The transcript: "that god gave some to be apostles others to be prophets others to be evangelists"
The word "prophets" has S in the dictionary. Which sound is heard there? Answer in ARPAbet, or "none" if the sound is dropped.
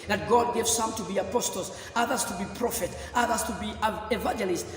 none